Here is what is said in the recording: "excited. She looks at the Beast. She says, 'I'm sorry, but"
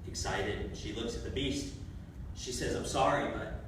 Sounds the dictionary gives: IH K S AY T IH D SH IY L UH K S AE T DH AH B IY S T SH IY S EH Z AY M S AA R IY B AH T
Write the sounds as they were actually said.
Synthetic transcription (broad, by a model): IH K S AY T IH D SH IY L UH K S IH T DH AH B IY S T SH IY S EH Z AY M S AA R IY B AH T